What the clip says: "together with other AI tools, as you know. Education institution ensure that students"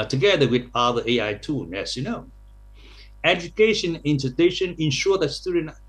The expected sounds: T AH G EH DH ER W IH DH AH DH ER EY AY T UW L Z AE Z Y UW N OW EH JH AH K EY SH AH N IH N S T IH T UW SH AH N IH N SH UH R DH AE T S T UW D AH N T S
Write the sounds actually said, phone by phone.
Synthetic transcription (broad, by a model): T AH G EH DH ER W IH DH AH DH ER EY AY T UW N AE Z Y UW N OW EH JH AH K EY SH AH N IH N T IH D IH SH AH N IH N SH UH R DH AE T S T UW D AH N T